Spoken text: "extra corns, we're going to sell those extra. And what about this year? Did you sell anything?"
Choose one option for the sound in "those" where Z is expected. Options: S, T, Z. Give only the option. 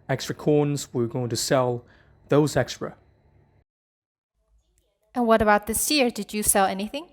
Z